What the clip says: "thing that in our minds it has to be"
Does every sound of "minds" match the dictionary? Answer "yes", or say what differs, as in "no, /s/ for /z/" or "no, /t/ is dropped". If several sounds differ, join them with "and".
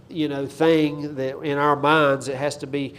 yes